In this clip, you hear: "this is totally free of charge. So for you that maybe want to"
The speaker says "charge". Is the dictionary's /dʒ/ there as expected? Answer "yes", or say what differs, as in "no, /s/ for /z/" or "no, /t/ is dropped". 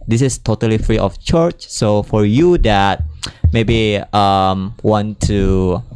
no, /tʃ/ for /dʒ/